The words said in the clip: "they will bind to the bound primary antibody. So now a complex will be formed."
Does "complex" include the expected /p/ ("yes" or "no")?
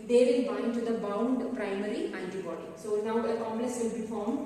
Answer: no